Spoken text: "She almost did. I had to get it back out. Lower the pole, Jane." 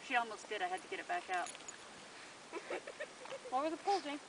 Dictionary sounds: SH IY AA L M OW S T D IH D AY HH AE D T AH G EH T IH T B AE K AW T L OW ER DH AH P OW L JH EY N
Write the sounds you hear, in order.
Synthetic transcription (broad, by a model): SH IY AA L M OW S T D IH D AY HH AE D T AH G EH T IH T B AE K AW T W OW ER DH AH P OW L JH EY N